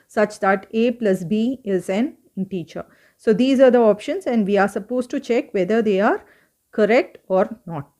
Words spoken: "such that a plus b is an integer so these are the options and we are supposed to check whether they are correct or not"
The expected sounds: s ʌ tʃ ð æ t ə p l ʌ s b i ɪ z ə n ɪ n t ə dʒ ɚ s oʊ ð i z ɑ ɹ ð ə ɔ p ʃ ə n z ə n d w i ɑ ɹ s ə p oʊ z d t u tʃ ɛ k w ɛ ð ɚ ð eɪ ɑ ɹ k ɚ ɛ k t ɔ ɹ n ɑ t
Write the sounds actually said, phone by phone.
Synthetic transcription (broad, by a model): s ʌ tʃ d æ t ə p l ʌ s b i ɪ z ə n n t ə tʃ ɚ s oʊ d i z ɑ ɹ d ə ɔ p ʃ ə n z ə n d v i ɑ ɹ s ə p oʊ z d t u tʃ ɛ k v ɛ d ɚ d eɪ ɑ ɹ k ɚ ɛ k t ɔ ɹ n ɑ t